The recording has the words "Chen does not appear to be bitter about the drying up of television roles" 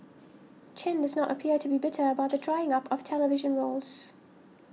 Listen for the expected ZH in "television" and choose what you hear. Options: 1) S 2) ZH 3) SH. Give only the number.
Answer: 2